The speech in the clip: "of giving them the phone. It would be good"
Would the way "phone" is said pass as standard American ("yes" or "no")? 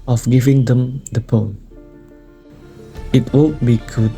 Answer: no